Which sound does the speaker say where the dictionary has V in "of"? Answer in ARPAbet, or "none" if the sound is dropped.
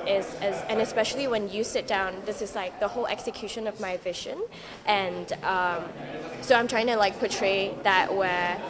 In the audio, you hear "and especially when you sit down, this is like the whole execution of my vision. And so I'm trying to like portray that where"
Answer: V